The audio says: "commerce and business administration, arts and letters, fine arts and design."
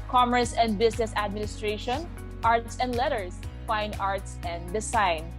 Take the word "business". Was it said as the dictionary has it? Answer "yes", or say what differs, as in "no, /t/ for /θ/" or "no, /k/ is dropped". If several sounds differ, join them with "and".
no, /s/ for /z/